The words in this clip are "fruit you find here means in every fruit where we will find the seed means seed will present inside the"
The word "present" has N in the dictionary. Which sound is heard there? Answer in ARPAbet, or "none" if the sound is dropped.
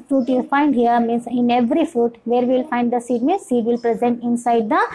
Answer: N